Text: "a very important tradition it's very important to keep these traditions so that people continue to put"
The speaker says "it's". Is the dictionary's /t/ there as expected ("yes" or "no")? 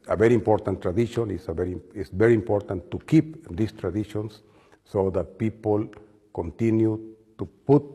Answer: no